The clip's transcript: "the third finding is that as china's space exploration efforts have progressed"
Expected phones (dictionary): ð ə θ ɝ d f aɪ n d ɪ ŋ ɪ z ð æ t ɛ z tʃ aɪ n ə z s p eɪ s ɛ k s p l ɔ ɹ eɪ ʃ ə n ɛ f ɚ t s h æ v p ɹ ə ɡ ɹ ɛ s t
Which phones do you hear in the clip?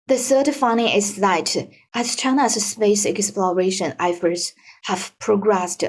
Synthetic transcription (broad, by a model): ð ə s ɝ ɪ f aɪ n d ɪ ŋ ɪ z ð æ t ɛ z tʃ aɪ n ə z s p eɪ s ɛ k s p l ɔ ɹ eɪ ʃ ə n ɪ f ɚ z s h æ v p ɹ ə ɡ ɹ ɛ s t